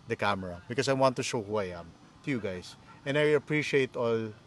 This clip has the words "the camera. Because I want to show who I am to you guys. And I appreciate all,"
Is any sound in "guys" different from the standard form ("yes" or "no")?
yes